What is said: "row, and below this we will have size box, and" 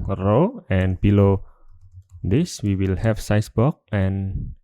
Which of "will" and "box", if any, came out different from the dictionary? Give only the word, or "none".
box